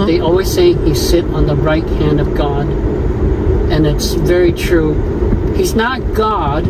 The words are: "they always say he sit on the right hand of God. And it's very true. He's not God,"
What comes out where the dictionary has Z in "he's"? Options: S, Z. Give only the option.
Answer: Z